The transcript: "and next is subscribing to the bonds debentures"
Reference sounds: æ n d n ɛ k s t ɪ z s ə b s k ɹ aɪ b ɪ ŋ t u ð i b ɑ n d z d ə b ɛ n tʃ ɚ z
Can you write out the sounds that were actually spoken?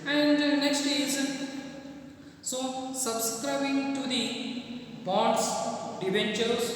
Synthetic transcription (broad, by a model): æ n d n ɛ k s t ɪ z s ə b s k ɹ aɪ b ɪ ŋ t u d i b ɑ d s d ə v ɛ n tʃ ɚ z